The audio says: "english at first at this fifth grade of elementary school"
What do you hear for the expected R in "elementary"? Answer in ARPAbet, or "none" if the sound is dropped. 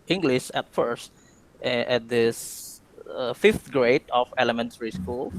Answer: R